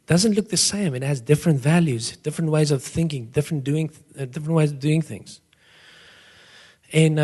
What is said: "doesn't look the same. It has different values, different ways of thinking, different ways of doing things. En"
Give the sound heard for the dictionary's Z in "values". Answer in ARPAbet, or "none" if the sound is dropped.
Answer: Z